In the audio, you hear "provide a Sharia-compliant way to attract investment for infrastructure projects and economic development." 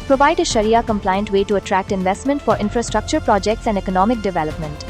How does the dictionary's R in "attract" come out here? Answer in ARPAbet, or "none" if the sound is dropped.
R